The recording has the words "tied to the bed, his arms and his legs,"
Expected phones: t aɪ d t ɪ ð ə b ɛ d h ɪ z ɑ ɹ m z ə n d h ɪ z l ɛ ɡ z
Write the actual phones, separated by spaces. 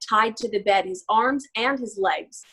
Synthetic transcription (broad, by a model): t aɪ d t ɪ ð ə b ɛ d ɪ z ɑ ɹ m z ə n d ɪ z l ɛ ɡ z